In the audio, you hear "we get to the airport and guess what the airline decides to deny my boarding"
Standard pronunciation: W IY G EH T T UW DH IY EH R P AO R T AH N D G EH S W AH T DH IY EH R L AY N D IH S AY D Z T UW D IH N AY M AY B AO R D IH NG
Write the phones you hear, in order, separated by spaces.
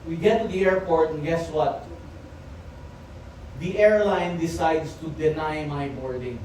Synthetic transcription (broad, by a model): W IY G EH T T UW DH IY EH R P AO R T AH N G EH S W AH T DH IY EH R L AY N D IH S AY D S T UW D IH N AY M AY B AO R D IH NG